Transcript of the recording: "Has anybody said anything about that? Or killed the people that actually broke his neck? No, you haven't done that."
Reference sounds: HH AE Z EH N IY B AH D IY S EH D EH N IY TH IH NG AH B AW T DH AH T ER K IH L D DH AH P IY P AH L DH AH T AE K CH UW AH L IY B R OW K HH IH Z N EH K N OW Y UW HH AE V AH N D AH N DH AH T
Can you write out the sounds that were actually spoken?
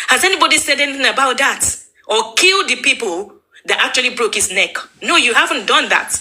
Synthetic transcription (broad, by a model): HH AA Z EH N IY B AH D IY S EH D EH N IY TH IH NG AH B AW T DH AH T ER K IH L D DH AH P IY P AH L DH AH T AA K CH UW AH L IY B R OW K HH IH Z N EH K N OW Y UW HH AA V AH N D AH N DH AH T